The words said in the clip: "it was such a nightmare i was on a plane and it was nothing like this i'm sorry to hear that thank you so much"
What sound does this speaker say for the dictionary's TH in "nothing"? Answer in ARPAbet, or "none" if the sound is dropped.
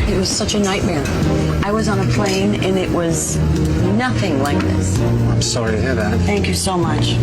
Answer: TH